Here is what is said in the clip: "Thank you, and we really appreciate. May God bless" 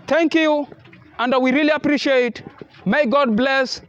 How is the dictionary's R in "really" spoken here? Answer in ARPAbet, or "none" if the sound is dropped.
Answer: R